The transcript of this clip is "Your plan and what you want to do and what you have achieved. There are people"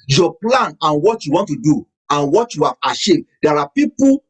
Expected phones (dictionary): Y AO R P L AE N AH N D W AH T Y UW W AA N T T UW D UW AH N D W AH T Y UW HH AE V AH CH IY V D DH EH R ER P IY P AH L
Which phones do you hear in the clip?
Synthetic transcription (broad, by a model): Y AO P L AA N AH N W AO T Y UW W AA N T T UW D UW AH N W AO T Y UW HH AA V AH SH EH D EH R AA P IY P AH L